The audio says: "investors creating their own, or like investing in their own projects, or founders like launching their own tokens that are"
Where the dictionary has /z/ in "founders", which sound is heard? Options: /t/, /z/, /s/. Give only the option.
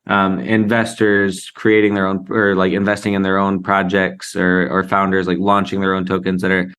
/z/